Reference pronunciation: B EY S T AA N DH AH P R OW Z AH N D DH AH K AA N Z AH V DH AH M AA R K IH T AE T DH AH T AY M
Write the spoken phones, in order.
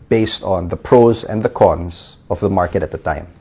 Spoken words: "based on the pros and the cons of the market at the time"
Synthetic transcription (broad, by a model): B EY S T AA N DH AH P R OW Z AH N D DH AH K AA N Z AH V DH AH M AA R K IH T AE T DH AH T AY M